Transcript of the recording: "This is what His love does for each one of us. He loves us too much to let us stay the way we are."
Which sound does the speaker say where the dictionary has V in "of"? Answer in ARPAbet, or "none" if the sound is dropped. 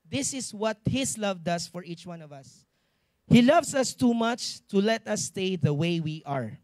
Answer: V